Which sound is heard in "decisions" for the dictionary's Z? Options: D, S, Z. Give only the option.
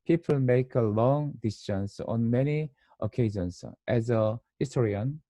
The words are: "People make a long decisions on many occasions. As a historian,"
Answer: S